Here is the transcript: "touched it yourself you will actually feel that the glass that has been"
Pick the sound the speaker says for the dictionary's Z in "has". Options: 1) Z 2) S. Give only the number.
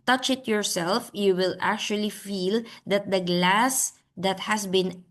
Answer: 2